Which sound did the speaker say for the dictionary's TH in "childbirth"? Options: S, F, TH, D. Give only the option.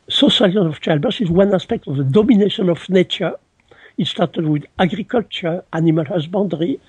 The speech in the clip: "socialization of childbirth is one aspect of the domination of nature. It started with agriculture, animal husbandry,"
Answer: S